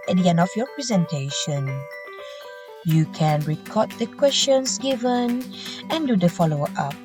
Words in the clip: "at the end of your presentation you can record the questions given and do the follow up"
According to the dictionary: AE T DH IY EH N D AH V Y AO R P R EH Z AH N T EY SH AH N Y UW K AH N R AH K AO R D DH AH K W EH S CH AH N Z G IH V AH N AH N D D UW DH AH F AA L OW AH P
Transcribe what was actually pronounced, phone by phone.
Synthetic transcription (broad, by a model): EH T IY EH N AH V Y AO P R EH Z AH N T EY SH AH N Y UW K AH N R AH K AO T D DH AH K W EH S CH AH N S G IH V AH N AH N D D UW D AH F AA L OW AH P